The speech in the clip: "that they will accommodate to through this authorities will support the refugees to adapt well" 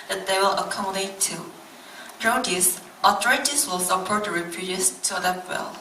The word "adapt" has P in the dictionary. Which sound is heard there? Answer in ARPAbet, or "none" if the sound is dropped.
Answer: none